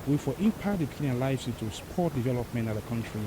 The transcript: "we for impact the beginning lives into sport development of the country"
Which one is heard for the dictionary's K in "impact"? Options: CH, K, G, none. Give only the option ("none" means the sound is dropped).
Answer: none